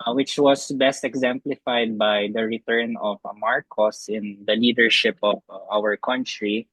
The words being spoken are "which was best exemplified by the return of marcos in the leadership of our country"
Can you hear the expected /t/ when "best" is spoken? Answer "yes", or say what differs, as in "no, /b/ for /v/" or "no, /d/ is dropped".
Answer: yes